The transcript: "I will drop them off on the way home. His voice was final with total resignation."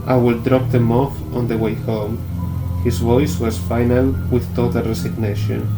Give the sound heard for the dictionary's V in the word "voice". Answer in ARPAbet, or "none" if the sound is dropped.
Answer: V